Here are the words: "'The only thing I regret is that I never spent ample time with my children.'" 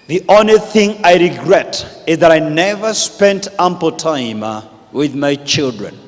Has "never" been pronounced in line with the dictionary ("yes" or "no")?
yes